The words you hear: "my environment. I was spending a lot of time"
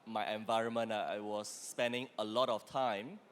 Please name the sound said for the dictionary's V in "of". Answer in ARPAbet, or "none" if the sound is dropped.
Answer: F